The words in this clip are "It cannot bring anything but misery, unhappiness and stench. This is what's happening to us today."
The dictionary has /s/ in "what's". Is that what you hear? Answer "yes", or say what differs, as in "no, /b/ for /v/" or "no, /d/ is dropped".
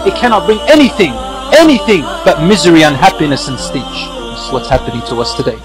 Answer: yes